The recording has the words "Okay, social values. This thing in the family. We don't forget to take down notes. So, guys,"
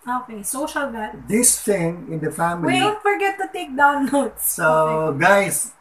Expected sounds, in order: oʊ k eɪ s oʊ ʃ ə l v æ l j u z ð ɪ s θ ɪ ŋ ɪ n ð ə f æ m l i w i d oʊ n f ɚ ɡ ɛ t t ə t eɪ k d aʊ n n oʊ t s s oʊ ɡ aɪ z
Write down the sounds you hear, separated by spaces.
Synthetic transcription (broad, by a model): oʊ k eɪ s oʊ ʃ ə l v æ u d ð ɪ s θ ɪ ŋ ɪ n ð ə f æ m i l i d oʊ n f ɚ ɡ ɛ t t ə t eɪ k d aʊ n l oʊ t s s oʊ ɡ aɪ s